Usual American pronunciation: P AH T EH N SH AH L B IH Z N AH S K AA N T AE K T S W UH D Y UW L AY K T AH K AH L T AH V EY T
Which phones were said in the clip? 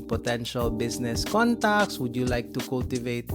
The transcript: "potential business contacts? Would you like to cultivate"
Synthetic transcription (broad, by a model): P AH T EH N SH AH L B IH S N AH S K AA N T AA K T S W UH D Y UW L AY K T AH K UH L T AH V EY T